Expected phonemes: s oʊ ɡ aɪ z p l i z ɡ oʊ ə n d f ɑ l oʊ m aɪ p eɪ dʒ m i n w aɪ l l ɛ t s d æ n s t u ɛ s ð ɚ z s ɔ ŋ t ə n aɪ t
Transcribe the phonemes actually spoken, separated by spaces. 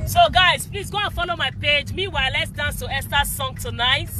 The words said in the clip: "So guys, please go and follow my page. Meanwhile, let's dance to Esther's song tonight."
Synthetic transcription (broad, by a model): s oʊ ɡ aɪ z p l i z ɡ oʊ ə n f ɑ l oʊ m aɪ p eɪ dʒ m i w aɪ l l ɛ t s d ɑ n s t u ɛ s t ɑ s ɔ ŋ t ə n aɪ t